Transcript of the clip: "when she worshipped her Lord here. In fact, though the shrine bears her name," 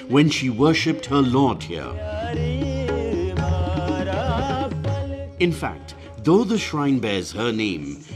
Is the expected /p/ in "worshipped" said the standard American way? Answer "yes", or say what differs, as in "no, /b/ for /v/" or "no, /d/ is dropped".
yes